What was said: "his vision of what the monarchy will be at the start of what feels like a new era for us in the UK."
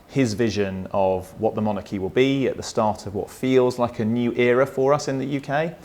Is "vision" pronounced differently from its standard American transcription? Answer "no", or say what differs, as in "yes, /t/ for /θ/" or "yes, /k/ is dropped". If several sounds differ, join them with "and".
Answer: no